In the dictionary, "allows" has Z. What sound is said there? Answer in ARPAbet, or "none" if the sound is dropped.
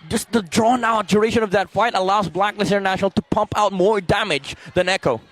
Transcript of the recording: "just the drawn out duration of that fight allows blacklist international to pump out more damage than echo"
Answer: Z